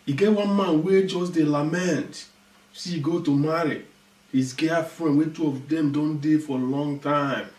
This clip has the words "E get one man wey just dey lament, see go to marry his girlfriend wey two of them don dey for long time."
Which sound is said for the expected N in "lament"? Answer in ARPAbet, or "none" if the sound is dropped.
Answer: N